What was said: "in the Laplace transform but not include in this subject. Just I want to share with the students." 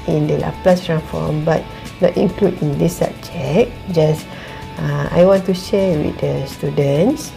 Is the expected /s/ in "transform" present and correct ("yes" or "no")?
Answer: no